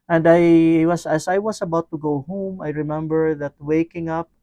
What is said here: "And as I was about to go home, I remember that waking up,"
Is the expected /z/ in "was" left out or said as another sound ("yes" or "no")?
yes